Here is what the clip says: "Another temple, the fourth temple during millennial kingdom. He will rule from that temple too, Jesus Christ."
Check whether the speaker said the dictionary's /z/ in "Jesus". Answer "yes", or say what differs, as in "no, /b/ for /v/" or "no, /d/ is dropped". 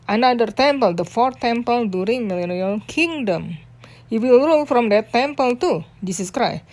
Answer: no, /s/ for /z/